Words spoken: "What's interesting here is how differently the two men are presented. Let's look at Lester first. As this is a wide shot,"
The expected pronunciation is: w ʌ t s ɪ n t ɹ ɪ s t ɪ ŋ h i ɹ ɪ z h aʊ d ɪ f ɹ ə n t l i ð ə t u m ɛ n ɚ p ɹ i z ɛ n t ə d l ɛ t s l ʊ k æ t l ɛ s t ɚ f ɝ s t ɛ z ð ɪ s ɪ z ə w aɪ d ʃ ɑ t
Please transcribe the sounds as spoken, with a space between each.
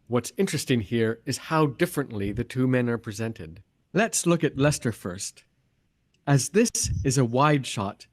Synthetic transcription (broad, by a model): w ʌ t s ɪ n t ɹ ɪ s t ɪ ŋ h i ɹ ɪ z h aʊ d ɪ f ɹ ə n t l i ð ə t u m ɛ n ɚ p ɹ i z ɛ n t ə d l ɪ t s l ʊ k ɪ t l ɛ s t ɚ f ɝ s t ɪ z ð ɪ s ɪ z ə w aɪ d ʃ ɑ t